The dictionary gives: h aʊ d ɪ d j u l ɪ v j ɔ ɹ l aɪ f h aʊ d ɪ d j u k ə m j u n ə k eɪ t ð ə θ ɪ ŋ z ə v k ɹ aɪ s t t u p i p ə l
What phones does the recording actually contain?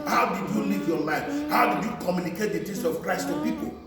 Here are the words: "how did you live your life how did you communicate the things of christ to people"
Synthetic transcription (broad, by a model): h aʊ d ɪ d j u l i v j ɔ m aɪ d h aʊ d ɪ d j u k ə m j u n ə k eɪ t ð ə t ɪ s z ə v k ɹ aɪ s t t u p i p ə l